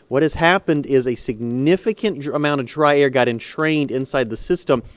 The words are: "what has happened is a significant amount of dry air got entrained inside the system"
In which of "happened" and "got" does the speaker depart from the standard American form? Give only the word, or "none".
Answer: none